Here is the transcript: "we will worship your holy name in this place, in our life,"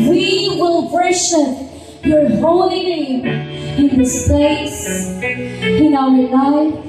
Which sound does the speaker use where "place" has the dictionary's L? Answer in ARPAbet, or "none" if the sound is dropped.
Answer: none